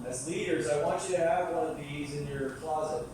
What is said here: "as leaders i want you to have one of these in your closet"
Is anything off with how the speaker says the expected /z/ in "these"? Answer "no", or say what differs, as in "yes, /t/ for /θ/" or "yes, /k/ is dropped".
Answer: no